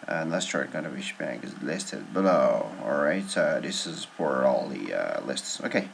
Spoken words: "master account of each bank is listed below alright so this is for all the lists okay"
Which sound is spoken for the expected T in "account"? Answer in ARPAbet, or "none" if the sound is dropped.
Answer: none